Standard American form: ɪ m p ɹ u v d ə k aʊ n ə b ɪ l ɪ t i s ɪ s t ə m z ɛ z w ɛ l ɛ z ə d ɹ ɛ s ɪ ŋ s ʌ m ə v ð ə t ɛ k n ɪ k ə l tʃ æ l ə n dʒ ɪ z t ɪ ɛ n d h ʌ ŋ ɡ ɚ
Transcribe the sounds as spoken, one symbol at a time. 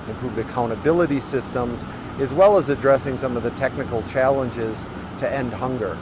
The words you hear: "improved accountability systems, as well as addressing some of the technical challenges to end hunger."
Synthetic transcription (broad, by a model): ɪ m p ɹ u v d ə k aʊ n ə b ɪ l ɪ t i s ɪ s t ə m z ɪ z w ɛ l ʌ z ə d ɹ ɛ s ɪ ŋ s ʌ m ə v ð ə t ɛ k n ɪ k l tʃ æ l ə n dʒ ɪ z t ɪ ɛ n d h ʌ ŋ ɡ ɚ